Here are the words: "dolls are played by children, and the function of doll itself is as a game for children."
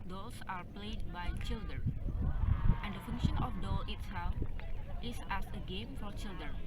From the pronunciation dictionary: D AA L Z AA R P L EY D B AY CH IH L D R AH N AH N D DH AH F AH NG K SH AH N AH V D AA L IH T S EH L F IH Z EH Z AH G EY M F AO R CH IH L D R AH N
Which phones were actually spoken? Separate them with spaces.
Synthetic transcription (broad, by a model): D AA L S AA R P L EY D B AY CH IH L D R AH N AH N D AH F AH NG K SH AH N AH F D AA L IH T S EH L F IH S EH S AH G EY M F AO R CH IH L D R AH N